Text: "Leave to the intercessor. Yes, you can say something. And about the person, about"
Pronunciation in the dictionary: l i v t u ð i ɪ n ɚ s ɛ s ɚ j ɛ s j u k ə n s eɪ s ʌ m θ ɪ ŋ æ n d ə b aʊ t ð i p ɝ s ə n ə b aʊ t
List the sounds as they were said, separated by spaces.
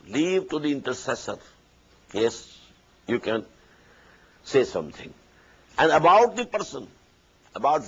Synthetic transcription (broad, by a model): l i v t u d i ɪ n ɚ s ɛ s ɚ j ɛ s j u k ə n s eɪ s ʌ m t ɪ ŋ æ n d ə b aʊ t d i p ɝ s ə n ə b aʊ t